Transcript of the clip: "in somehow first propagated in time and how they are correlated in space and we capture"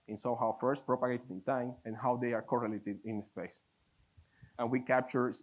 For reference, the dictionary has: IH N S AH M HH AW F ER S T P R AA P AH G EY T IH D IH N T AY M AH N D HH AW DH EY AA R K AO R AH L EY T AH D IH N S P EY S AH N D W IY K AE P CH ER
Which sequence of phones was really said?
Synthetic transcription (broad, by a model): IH N S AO HH AW F ER S T P R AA P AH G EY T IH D IH N T AY M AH N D HH AW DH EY AA R K AO R AH L EY T AH D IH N S P EY S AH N W IY K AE P CH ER